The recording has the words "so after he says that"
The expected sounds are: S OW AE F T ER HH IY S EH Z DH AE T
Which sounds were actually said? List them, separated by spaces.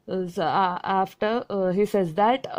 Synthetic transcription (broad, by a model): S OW AE F T ER HH IY S EH Z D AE T